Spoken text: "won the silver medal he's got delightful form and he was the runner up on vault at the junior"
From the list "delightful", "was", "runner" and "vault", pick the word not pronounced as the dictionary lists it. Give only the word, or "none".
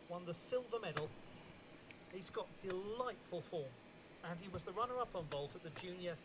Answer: none